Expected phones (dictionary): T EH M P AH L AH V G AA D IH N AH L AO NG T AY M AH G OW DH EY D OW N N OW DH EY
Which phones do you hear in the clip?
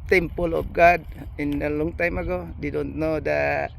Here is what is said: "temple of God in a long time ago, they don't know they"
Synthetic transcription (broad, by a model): T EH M P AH L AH B G AA D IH N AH L AO NG T AY M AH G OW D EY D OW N N OW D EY